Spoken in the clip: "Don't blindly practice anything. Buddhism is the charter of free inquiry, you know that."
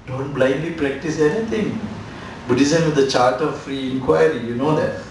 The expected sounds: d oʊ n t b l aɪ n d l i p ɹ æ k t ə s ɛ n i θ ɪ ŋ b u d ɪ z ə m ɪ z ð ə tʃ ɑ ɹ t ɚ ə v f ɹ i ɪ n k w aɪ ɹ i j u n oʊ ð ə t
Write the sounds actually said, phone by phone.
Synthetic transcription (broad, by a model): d oʊ n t b l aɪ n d l i p ɹ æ k t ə s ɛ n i t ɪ ŋ b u d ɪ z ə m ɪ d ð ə tʃ ɑ ɹ t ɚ ə v f ɹ i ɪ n k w aɪ ɹ i j u n oʊ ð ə t